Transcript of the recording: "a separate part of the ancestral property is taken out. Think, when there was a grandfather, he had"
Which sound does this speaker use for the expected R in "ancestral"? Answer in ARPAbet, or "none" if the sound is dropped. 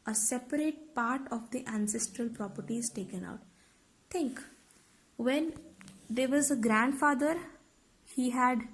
R